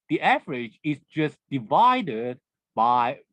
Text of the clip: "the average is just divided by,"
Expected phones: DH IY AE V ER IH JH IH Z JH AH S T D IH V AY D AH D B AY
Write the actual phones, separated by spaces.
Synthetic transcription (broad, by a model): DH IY AE V ER IH JH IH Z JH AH S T D IH V AY D AH D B AY